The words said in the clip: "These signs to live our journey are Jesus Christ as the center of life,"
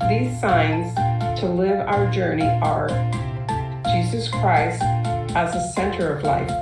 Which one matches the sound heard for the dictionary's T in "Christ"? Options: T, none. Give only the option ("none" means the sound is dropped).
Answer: T